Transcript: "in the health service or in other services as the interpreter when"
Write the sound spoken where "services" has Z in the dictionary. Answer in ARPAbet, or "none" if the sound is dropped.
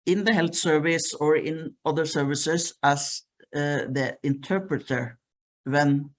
S